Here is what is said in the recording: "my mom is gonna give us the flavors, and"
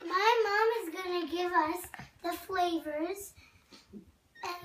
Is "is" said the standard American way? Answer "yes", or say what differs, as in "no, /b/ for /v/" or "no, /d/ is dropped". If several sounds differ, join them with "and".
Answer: yes